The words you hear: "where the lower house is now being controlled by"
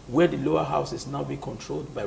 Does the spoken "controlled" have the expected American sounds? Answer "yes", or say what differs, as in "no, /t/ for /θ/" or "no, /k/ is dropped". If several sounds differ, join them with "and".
yes